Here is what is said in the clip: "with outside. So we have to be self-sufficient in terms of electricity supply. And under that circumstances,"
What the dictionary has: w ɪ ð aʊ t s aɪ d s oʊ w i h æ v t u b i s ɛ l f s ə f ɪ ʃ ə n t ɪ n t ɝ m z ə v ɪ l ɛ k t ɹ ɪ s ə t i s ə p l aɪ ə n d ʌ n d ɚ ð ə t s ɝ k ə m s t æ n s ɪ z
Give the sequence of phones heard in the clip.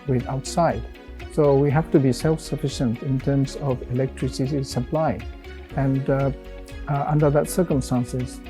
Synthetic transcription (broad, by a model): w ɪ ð aʊ t s aɪ d s oʊ w i h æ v t u b i s ɛ l f s ə f ɪ ʃ ə n t ɪ n t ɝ m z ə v ɪ l ɛ k t ɹ ɪ s ə t i s ə p l aɪ ə n d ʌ n d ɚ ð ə t s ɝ k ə m s t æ n s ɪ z